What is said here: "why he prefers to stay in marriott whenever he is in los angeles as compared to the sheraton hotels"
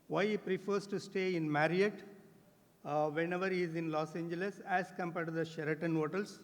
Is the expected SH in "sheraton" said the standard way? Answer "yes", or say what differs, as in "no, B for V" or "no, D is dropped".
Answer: yes